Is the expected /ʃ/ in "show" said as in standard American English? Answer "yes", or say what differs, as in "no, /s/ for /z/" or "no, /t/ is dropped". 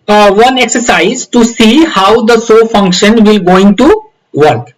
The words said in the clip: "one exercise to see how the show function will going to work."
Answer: no, /s/ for /ʃ/